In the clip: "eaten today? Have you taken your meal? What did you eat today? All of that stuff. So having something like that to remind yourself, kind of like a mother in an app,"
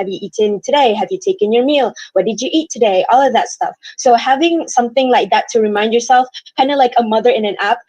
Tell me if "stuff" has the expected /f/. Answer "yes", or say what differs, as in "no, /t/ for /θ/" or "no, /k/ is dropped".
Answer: yes